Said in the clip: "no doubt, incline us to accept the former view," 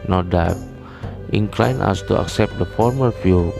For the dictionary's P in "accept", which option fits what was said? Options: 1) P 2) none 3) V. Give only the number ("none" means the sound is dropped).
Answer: 1